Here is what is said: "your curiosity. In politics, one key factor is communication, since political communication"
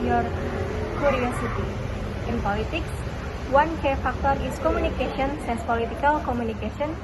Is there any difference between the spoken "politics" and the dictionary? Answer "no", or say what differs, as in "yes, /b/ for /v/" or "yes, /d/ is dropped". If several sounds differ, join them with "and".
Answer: no